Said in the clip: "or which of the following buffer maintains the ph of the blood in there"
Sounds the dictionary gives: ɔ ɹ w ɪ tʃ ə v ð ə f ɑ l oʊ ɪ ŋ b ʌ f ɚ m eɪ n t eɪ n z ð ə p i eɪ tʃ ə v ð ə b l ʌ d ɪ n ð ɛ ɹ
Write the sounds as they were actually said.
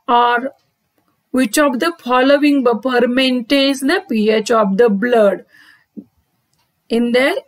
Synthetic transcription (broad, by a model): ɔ ɹ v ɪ tʃ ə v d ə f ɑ l oʊ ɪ ŋ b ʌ p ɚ m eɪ n t eɪ n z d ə p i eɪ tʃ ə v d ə b l ʌ d ɪ n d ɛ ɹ